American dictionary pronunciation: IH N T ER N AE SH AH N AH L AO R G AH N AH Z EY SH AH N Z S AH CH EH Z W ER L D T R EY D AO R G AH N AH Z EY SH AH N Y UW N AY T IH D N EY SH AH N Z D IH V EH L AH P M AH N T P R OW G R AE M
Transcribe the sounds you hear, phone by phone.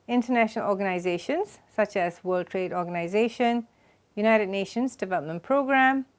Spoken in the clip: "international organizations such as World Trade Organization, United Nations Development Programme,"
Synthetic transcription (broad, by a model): IH N T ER N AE SH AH N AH L AO G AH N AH Z EY SH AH N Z S AH CH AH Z W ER L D T R EY D AO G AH N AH Z EY SH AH N Y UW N AY T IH D N EY SH AH N Z D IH V EH L AH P M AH N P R OW G R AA M